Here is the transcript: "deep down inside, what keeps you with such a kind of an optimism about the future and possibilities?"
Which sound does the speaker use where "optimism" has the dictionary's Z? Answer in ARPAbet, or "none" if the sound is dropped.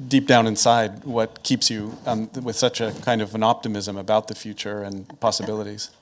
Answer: Z